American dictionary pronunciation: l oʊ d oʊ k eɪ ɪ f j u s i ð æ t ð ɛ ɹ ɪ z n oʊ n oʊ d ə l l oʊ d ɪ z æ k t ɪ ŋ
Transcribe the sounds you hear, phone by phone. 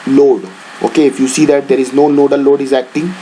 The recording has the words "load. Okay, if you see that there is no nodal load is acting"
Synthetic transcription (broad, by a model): l oʊ d oʊ k eɪ ɪ f j u s i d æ t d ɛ ɹ ɪ z n oʊ l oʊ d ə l l oʊ d ɪ z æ k t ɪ ŋ